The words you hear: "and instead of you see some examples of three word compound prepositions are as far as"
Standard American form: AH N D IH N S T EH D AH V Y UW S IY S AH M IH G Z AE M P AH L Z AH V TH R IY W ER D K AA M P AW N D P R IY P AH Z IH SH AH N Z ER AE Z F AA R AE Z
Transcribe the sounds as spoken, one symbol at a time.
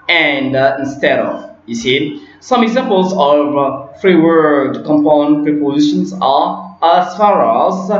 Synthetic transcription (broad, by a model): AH N D IH N S T EH D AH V Y UW S IY S AH M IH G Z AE M P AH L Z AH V F R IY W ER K K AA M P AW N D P R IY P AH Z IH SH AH N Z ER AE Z F AA R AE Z